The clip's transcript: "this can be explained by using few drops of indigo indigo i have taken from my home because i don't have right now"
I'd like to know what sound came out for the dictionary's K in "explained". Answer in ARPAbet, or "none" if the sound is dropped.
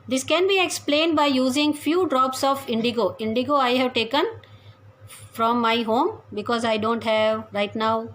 K